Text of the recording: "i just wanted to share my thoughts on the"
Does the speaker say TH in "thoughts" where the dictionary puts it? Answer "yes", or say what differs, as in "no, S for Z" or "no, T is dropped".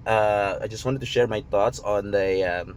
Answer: no, T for TH